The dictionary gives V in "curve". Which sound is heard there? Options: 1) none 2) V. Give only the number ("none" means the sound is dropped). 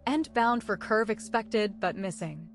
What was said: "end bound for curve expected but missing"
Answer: 2